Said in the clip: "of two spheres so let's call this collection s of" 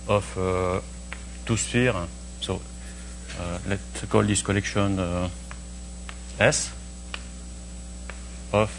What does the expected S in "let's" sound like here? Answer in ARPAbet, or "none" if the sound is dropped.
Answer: none